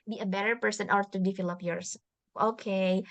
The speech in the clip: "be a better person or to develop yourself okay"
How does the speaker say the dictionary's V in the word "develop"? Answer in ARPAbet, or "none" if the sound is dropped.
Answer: F